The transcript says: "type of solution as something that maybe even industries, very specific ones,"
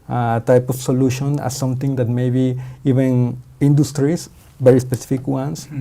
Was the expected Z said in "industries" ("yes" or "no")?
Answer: no